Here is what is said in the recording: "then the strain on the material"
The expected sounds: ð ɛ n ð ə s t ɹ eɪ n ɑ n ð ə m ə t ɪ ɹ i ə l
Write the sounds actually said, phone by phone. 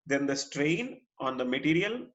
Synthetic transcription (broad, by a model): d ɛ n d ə s t ɹ eɪ n ɑ n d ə m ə t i ɹ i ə l